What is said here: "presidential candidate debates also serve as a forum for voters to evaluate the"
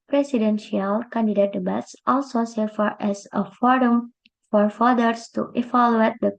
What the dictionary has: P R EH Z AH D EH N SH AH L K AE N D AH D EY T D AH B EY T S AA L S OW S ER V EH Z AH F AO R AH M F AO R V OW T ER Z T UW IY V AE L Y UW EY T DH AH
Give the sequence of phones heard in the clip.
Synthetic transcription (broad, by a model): P R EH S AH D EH N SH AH L K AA N D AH D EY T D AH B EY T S AA L S OW S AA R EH S AH F AO R AH M F AO R F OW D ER S T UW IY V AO L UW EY T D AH